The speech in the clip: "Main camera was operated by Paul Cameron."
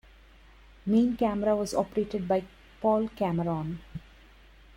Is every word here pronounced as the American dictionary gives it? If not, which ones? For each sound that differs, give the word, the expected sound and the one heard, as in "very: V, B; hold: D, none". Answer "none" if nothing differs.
none